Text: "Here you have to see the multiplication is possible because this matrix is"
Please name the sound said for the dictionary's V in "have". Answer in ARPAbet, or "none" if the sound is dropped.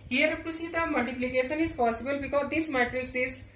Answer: P